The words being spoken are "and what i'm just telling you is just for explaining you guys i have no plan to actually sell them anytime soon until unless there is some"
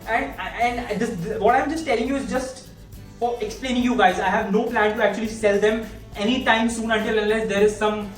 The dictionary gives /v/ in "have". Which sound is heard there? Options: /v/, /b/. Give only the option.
/v/